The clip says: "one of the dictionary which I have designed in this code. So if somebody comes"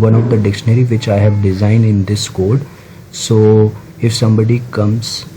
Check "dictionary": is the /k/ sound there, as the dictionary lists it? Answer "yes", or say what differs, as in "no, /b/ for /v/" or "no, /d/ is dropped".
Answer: yes